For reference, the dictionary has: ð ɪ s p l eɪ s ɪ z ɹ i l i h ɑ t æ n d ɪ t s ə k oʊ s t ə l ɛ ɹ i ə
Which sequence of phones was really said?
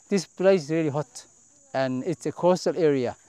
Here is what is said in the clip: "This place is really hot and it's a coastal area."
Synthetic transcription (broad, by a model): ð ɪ s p l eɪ ɪ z ɹ i l i h ɑ t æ n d ɪ t s ə k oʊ s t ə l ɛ ɹ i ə